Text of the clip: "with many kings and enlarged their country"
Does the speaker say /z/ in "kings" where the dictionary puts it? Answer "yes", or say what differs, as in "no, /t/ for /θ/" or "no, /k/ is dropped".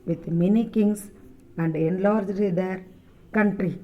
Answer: no, /s/ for /z/